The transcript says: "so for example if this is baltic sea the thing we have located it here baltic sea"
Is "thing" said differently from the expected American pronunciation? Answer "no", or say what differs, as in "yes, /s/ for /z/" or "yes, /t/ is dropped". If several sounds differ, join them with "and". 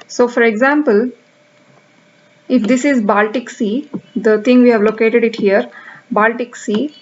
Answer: yes, /t/ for /θ/